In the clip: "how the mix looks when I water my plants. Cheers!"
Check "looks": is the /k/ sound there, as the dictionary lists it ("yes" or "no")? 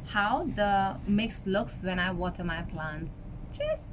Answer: yes